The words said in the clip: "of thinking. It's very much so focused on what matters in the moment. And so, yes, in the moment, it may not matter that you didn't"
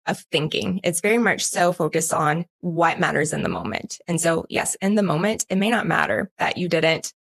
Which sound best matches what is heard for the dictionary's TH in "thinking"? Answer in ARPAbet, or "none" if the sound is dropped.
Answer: TH